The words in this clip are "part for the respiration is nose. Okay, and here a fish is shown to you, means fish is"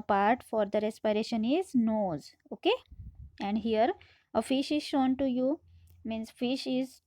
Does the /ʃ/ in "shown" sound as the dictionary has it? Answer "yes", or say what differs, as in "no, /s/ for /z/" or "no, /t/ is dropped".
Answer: yes